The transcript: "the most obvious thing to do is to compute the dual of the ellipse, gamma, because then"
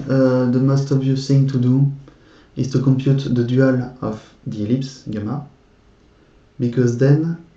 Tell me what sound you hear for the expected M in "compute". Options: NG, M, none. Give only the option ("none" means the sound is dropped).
M